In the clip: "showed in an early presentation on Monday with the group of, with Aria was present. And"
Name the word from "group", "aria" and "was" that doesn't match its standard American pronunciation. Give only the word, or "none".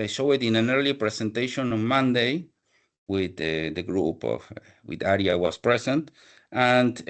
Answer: was